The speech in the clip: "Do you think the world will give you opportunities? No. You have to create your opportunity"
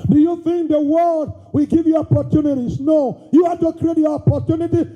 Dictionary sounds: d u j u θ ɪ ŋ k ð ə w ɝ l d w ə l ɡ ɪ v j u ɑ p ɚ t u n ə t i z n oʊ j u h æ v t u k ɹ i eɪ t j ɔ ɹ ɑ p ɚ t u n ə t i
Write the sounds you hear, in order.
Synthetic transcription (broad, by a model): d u j u θ ɪ ŋ k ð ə w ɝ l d w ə ɡ ɪ v j u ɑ p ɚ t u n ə t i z n oʊ j u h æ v t u k ɹ i eɪ t j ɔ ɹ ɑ p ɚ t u n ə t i